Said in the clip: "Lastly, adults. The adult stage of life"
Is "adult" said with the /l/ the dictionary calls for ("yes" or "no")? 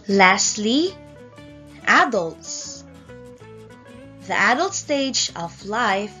yes